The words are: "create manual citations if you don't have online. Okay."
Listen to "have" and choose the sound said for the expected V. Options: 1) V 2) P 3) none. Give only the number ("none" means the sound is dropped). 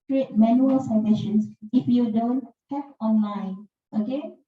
2